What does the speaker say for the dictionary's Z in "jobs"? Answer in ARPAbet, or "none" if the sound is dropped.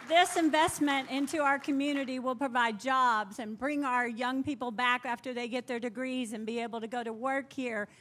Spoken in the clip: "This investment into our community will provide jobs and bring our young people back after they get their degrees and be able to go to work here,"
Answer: Z